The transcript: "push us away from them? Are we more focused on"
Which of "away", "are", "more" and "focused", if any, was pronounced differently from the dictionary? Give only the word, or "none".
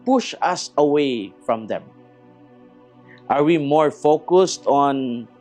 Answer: none